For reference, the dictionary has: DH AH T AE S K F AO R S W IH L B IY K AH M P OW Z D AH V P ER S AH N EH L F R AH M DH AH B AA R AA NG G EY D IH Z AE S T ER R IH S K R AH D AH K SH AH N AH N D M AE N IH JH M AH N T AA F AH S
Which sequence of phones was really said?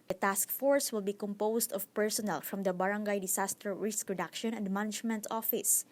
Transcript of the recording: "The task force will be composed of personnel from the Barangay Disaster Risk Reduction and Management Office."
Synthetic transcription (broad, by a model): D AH T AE S K F AO R S W IH L B IY K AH M P OW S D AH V P ER S AH N EH L F R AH M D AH B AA R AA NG G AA D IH S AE S T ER R IH S K R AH D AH K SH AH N AH N D M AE N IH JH M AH N T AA F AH S